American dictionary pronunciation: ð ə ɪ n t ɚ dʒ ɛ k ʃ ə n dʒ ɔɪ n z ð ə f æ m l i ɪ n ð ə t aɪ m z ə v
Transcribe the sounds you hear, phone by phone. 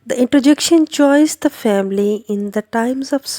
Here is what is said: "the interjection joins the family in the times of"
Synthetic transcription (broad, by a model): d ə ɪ n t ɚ dʒ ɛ k ʃ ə n tʃ ɔɪ z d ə f æ m l i ɪ n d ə t aɪ m z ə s